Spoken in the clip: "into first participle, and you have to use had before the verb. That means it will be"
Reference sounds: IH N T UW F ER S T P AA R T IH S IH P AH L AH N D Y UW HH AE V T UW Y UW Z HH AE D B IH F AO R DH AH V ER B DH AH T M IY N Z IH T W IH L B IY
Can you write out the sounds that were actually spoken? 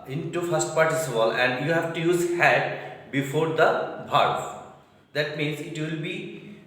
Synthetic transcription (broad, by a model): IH N T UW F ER S T P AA R T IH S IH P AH L AH N D Y UW HH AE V T UW Y UW Z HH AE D B IH F AO R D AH B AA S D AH T M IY N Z IH T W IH L B IY